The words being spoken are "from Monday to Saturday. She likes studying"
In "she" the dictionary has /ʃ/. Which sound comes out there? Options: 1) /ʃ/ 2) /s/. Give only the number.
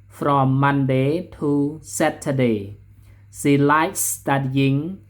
2